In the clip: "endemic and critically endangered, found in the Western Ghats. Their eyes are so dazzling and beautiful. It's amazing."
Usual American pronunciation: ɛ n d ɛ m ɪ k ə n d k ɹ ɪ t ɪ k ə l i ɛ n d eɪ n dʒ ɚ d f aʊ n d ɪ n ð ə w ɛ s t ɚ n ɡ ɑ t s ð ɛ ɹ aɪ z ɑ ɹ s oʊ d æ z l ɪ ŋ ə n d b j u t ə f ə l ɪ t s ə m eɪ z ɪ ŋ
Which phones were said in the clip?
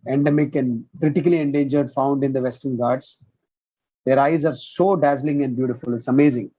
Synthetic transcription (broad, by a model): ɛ n d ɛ m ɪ k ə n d k ɹ ɪ t ɪ k ə l i ɛ n d eɪ n dʒ ɚ d f aʊ n d ɪ n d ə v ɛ s t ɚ n ɡ ɑ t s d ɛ ɹ aɪ z ɑ ɹ s oʊ d æ z l ɪ ŋ ə n d b j u t ə f ə l ɪ t s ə m eɪ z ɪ ŋ